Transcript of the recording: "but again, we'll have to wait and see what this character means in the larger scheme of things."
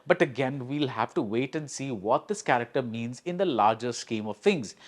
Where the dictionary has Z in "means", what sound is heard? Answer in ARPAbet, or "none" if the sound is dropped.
Z